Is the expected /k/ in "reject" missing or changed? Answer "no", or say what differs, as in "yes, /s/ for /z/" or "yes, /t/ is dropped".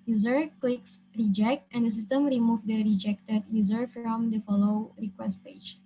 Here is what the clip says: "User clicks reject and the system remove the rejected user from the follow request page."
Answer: no